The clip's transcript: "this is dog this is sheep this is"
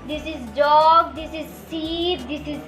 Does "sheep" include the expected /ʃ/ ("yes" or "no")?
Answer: no